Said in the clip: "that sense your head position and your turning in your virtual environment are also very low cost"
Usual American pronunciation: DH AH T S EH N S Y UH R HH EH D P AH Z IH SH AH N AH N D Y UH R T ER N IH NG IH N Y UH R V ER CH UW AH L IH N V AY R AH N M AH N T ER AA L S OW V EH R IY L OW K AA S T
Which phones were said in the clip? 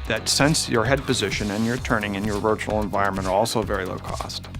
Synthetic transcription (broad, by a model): DH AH T S EH N S Y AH R HH EH D P AH Z IH SH AH N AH N Y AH R T ER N IH NG IH N Y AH R V ER CH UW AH L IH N V AY R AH N M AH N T ER AA L S OW V EH R IY L OW K AA S T